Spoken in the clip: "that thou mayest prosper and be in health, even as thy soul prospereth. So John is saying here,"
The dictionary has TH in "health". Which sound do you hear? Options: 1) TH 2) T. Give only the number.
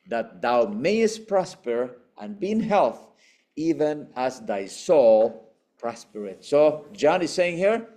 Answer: 1